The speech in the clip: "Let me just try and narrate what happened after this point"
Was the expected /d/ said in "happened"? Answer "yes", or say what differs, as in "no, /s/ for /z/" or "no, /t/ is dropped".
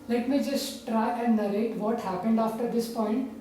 yes